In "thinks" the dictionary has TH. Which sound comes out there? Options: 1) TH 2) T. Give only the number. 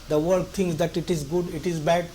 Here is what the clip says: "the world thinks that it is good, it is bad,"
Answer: 2